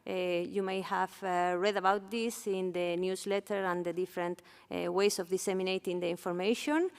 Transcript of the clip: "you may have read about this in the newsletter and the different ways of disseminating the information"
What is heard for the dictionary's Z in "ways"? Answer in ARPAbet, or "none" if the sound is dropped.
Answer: S